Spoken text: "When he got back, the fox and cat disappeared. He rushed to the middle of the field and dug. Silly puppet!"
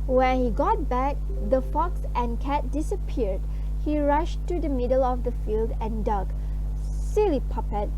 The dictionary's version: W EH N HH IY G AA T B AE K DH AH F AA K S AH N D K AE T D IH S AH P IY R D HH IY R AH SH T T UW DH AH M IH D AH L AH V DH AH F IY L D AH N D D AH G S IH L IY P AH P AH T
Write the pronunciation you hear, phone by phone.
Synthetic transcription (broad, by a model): W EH N HH IY G AA T B AE K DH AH F AA K S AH N K AE T D IH S AH P IY R D HH IY R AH SH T T UW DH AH M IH D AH L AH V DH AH F IY L D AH N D D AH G S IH L IY P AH P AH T